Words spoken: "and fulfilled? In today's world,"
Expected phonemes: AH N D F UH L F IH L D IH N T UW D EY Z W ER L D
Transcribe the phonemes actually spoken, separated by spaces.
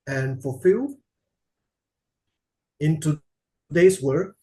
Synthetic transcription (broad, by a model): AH N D F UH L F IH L IH N T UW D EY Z W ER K